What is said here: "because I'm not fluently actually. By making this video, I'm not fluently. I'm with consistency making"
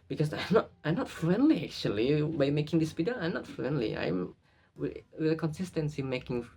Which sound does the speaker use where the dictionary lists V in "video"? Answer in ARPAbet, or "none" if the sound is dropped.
P